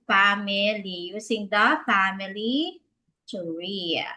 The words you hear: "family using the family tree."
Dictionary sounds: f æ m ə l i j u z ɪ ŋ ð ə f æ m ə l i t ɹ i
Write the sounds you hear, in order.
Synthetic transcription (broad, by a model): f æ m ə l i j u s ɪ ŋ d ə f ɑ m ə l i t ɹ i